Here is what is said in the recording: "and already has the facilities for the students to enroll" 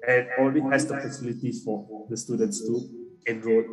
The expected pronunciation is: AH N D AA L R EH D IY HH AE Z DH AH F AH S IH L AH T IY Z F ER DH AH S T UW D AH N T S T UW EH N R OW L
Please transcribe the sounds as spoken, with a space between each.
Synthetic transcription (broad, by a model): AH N AA L R EH D IY HH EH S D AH P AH S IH L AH T IY F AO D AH S T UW D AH N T S T UW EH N R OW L